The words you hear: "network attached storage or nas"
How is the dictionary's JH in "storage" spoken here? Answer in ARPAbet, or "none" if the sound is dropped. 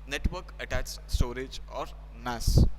JH